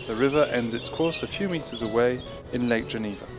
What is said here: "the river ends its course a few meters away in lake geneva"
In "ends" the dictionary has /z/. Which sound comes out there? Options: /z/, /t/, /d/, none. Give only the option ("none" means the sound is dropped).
/z/